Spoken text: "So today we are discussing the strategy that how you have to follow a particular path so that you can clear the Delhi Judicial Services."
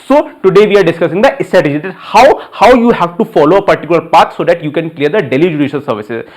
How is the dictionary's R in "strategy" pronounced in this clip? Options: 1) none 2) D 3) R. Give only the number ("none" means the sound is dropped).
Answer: 1